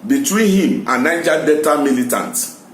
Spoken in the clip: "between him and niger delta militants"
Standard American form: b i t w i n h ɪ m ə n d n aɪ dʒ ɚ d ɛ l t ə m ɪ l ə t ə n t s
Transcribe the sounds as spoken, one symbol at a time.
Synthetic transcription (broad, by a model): b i t w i n h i m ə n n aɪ dʒ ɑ d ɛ t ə m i l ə t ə n t